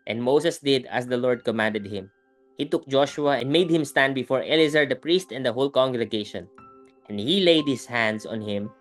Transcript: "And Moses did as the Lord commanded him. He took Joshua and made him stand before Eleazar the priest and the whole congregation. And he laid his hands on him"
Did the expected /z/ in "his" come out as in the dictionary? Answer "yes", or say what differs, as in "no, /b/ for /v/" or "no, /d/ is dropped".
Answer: no, /s/ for /z/